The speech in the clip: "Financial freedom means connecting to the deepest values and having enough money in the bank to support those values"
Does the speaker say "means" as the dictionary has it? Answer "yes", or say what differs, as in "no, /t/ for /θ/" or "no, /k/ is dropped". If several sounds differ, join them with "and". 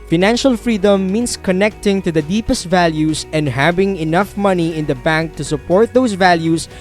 no, /s/ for /z/